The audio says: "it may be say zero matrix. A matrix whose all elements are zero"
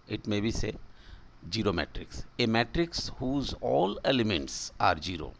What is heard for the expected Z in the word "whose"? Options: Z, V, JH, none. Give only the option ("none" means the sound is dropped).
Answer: Z